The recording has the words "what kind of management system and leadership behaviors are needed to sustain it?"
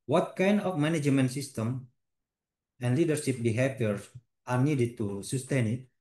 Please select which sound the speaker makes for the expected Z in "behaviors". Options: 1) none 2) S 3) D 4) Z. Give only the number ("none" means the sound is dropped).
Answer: 1